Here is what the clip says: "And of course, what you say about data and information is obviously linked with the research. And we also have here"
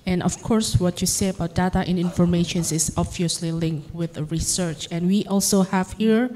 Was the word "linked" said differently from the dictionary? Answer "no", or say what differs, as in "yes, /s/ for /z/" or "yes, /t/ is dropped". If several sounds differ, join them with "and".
no